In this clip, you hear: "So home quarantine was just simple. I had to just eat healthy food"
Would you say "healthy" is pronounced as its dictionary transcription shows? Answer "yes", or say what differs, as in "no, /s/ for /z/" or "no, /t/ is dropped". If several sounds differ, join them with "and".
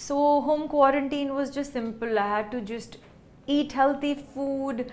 no, /t/ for /θ/